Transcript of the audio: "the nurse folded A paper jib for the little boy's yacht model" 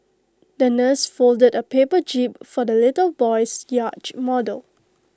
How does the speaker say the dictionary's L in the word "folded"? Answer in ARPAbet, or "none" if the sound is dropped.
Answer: L